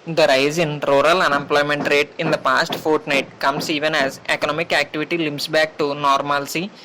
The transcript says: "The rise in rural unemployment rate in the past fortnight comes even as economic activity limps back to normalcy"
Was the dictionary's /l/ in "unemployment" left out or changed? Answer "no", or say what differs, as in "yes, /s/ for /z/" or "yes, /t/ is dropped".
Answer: no